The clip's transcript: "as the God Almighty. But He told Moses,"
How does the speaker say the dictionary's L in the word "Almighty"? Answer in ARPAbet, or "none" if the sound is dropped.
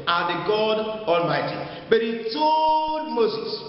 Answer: L